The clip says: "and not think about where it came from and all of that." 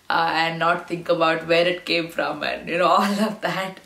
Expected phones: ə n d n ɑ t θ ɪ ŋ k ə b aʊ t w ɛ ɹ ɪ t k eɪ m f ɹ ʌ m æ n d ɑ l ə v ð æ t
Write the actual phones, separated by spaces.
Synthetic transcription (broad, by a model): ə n d n ɑ t t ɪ ŋ k ə b aʊ t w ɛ ɹ ɪ t k eɪ m f ɹ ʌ m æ n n ɑ l ə v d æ t